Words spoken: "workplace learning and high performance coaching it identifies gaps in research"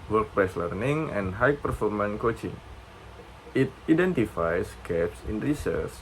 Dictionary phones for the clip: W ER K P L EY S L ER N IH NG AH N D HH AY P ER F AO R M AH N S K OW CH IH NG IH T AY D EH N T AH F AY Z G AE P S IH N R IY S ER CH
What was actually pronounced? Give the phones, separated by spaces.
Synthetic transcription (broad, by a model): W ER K P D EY S L ER N IH NG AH N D HH AY P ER F AO R M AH N K OW CH IH NG IH T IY D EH N T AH F AY S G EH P S IH N R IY S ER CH